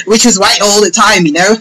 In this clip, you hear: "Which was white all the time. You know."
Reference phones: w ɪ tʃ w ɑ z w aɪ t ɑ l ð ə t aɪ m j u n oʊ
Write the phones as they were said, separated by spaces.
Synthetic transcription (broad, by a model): w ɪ tʃ w ɑ z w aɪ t ɑ l ð ə t aɪ m j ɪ n oʊ